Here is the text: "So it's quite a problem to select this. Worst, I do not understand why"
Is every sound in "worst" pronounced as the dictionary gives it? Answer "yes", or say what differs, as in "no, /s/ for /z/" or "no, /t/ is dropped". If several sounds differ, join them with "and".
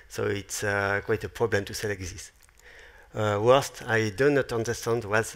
yes